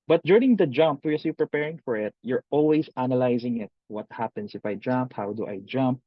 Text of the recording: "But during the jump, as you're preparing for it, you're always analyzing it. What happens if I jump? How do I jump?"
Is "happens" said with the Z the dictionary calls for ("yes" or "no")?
no